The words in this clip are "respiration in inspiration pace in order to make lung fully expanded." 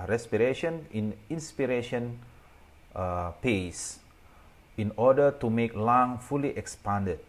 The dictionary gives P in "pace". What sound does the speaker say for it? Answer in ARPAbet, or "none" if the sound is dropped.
P